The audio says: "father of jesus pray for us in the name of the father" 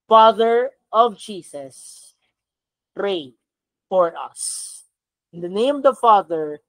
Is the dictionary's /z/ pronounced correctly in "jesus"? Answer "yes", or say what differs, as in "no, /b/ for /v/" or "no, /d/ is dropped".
no, /s/ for /z/